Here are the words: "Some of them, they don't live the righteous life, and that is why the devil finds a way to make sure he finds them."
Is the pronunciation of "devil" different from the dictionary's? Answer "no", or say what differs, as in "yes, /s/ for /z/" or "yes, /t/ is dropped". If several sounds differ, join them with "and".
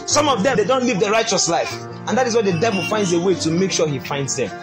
no